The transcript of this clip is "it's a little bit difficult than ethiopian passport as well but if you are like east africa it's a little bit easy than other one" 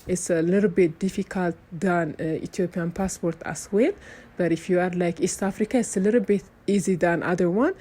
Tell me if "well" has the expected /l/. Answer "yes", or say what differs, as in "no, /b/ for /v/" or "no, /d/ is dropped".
no, /n/ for /l/